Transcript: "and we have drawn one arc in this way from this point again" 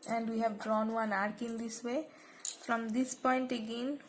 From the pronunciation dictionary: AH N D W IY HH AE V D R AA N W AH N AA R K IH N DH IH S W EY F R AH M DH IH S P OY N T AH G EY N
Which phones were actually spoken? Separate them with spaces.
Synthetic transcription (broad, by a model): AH N D W IY HH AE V D R AA N W AH N AA R K IH N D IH S W EY F R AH M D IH S P OY N T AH G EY N